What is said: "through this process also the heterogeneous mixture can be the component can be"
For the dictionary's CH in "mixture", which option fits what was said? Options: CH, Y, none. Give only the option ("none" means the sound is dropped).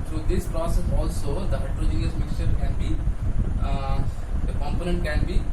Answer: CH